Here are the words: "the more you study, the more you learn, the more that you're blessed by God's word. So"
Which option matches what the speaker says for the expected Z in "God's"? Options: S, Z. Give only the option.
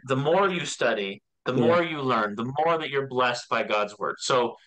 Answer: Z